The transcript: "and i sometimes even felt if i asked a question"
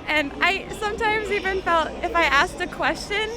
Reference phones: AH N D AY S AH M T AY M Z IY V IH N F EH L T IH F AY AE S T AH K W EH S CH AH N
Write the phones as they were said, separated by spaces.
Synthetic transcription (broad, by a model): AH N AY S AH M T AY M Z IY V IH N F EH L T IH F AY AE S T AH K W EH S CH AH N